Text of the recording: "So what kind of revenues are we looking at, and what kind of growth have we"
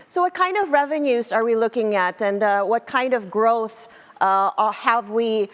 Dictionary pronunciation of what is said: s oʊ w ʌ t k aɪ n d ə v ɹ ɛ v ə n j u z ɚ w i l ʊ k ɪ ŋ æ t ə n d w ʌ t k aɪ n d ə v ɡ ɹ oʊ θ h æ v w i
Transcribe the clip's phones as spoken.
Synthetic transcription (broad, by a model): s oʊ w ʌ t k aɪ n d ə v ɹ ɛ v ə n j u z ɚ w i l ʊ k ɪ ŋ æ t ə n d w ʌ t k aɪ n d ə v ɡ ɹ oʊ θ h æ v w i